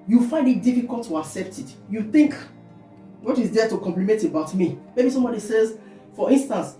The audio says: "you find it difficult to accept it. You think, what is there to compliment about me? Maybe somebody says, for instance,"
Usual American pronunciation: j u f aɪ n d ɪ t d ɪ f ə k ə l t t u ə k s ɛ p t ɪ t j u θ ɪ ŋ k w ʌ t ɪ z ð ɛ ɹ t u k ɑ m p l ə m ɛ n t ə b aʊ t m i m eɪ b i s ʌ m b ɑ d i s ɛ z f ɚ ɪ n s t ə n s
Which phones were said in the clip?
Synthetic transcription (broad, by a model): j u f aɪ n d ɪ t d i f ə k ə l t t u ə k s ɛ p t ɪ t j u θ ɪ ŋ k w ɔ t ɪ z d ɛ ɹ t u k ɑ m p l ə m ɛ n t ə b aʊ t m i m eɪ b i s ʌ m b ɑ d i s ɛ z f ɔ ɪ n s t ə n s